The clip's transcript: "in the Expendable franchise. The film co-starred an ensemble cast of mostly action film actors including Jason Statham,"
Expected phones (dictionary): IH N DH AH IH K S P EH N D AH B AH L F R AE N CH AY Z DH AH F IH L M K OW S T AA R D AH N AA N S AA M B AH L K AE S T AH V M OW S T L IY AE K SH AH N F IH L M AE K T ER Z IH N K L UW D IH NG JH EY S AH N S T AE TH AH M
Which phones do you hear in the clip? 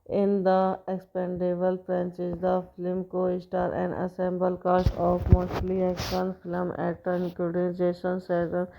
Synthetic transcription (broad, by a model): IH N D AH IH K S P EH N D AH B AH L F R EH N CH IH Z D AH F IH L M K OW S T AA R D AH N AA S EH M B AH L K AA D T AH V M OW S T L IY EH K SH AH N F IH L M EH T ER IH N K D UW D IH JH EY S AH N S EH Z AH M